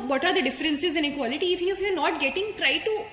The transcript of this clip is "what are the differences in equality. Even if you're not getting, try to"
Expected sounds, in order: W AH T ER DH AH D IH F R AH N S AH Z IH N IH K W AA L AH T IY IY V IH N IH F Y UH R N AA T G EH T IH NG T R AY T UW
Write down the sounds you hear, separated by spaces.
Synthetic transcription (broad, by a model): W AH T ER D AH D IH F R AH N S AH Z IH N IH K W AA L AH T IY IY F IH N IH F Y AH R N AA T G EH T IH NG T R AY T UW